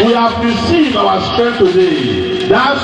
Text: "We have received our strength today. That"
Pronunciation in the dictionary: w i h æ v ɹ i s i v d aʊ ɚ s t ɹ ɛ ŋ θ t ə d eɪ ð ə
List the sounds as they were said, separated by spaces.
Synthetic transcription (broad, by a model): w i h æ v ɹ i s i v aʊ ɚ s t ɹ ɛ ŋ t ə d eɪ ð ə